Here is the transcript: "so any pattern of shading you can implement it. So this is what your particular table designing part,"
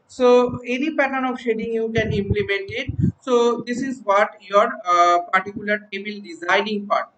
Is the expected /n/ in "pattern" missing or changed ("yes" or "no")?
yes